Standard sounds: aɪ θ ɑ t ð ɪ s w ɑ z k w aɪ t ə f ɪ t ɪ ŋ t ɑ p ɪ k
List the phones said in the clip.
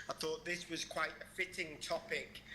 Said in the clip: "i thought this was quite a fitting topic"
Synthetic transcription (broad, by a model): aɪ θ ɑ t ð ɪ s w ɑ z k w aɪ t ə f ɪ t ɪ ŋ t ɑ p ɪ k